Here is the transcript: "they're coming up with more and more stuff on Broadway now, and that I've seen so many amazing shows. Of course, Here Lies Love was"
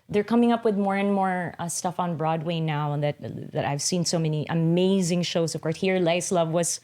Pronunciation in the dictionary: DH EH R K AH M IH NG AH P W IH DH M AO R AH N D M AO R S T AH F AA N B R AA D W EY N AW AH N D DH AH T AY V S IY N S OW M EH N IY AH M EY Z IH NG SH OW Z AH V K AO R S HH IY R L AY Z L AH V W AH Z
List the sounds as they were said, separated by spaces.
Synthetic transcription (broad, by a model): DH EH R K AH M IH NG AH P W IH DH M AO R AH N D M AO R S T AH F N B R AA D W EY N AW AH N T DH AH T AY V S IY N S OW M EH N IY AH M EY Z IH NG SH OW Z AH V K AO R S HH IY R L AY S L AH V W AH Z